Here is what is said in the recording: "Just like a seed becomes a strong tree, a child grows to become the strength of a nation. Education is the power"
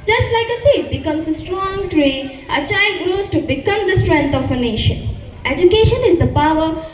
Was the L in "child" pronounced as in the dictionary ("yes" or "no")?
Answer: yes